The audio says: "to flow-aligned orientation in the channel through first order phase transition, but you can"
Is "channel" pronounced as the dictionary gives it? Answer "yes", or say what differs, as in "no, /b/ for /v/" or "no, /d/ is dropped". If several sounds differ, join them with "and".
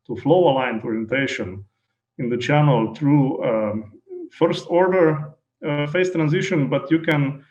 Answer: yes